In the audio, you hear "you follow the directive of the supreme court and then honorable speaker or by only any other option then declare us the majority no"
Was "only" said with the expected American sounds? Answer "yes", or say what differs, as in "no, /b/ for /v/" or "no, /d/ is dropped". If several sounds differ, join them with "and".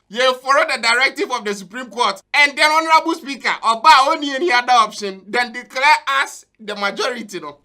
no, /l/ is dropped